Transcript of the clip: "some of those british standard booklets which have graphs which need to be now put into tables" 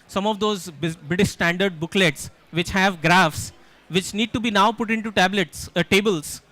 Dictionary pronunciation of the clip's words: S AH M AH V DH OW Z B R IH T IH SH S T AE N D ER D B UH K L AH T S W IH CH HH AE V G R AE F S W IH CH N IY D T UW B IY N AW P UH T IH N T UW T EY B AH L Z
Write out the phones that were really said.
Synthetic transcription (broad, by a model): S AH M AH V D OW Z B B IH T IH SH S T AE N D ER D B UH K L AH T S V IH CH HH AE V G R AE F S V IH CH N IY D T UW B IY N AW P UH T IH N T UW T EY B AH L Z